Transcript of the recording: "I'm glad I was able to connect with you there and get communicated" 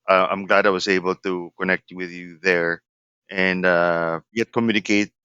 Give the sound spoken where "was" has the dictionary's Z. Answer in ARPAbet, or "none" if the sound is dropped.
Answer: Z